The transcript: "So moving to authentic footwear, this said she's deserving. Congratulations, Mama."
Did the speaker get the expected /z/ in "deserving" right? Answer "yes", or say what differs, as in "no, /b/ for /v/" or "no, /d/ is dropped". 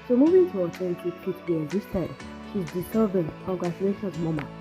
no, /s/ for /z/